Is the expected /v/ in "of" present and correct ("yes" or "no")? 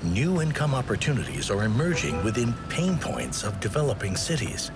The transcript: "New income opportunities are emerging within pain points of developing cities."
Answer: yes